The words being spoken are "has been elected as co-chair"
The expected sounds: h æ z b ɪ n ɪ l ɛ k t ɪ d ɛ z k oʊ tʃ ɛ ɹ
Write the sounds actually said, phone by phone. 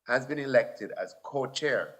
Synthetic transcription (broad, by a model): h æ z b ɪ n ɪ l ɛ k t ɪ d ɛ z k oʊ tʃ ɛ ɹ